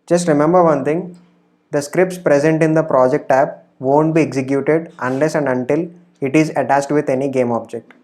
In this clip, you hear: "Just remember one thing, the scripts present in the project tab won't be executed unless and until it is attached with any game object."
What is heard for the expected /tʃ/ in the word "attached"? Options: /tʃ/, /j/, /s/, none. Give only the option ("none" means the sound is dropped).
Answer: /s/